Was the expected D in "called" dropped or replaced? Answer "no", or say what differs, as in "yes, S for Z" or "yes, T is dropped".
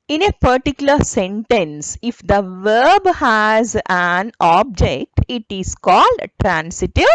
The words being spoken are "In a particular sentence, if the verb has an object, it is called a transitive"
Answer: no